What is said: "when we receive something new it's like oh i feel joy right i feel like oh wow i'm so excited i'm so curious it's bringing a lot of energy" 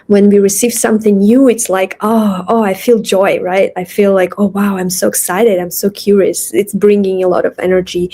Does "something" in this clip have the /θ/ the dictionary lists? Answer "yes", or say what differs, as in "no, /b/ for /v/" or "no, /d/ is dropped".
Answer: yes